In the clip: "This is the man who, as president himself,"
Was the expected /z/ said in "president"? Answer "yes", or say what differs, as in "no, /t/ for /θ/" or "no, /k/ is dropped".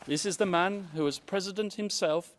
yes